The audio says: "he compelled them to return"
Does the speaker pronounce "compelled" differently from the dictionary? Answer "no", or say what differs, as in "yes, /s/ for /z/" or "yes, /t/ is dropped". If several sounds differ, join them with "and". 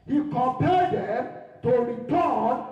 yes, /l/ is dropped